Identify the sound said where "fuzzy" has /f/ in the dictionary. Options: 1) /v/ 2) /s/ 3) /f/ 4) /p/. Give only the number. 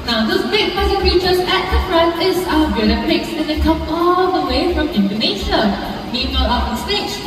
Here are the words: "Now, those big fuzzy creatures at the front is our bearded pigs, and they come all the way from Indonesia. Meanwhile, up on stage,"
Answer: 4